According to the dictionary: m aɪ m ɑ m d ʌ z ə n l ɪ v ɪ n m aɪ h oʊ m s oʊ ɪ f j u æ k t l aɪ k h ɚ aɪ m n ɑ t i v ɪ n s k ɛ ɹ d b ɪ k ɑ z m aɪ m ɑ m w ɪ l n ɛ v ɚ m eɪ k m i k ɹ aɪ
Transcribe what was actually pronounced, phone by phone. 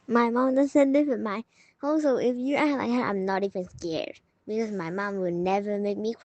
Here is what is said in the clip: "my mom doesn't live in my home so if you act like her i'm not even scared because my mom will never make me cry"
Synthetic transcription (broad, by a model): m aɪ m ɑ m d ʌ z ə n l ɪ w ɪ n m aɪ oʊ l s oʊ ɪ f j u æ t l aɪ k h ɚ aɪ m n ɑ t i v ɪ n s k ɛ ɹ d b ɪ k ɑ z m aɪ m ɑ m w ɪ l n ɛ v ɚ m eɪ k m i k